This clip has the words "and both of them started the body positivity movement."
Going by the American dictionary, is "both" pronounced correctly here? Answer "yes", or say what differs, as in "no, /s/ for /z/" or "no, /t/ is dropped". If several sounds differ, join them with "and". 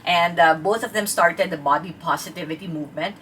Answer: no, /t/ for /θ/